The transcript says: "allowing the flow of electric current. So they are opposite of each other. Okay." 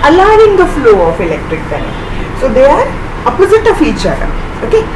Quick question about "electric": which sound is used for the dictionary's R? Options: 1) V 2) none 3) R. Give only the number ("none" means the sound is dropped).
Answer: 3